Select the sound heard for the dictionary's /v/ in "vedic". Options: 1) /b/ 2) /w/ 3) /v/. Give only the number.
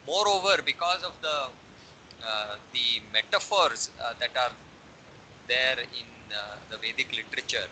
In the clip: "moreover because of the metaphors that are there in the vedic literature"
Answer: 3